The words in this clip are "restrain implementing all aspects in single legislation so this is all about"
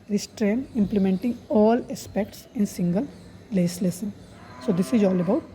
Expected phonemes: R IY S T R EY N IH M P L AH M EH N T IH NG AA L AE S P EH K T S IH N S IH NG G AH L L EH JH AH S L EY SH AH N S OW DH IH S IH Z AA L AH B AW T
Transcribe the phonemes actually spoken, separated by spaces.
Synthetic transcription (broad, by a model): R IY S T R EY N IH M P L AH M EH N T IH NG AA L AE S P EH K T S IH N S IH NG G AH L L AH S L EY S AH N S OW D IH S IH Z AA L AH B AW T